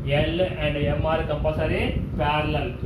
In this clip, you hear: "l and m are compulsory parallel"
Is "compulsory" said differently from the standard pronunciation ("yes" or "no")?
yes